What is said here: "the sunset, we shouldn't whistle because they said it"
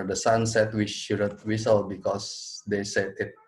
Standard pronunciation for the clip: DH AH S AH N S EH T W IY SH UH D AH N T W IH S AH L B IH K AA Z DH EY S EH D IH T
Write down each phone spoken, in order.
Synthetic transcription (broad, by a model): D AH S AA N S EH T W IY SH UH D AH T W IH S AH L B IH K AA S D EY S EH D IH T